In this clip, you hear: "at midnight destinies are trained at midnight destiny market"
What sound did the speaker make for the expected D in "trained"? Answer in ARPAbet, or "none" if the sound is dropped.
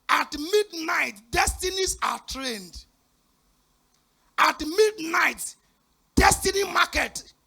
D